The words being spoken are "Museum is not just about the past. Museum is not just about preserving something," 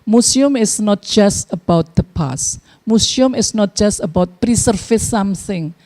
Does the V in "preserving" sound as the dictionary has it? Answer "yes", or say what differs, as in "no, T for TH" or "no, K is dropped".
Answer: no, F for V